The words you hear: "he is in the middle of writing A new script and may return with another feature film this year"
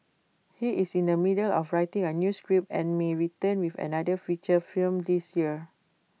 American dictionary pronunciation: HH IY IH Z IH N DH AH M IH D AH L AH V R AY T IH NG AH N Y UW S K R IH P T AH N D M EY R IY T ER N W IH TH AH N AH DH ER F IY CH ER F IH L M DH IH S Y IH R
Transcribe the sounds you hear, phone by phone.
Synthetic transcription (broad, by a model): HH IY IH S IH N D AH M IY D AH L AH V R AY T IH NG AH N Y UW S K R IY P AH N M EY R IY T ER N W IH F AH N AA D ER F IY CH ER F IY L M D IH S Y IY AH